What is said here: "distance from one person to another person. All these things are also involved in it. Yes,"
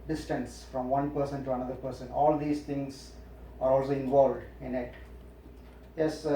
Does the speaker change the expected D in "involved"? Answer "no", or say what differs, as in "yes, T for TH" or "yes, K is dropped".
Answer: no